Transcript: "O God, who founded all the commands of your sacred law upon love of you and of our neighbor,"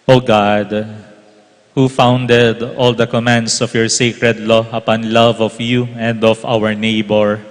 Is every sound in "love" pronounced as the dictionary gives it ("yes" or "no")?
yes